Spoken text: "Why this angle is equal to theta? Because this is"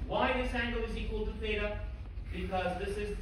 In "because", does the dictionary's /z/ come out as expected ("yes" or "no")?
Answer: yes